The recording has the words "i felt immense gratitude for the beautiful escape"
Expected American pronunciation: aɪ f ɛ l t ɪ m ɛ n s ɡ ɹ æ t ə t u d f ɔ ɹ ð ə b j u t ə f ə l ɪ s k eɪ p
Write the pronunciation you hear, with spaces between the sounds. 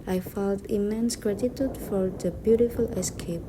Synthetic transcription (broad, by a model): aɪ f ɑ t ɪ m ɛ n s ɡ ɹ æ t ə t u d f ɔ ɹ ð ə b j u t ə f ə l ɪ s k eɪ p